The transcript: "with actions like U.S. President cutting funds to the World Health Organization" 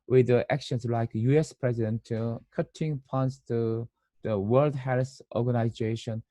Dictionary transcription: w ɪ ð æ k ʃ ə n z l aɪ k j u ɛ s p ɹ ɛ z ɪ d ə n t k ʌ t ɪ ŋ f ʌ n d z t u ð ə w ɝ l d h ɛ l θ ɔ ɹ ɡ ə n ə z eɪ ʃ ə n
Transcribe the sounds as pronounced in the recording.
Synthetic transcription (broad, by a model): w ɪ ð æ k ʃ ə n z l aɪ k j u ɛ s p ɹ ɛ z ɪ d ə n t k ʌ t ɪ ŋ p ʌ n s t u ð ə w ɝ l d h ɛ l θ ɔ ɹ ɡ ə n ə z eɪ ʃ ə n